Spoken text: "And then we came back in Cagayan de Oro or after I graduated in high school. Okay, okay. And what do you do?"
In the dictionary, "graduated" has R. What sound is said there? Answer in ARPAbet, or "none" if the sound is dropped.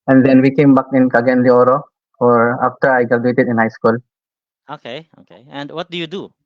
none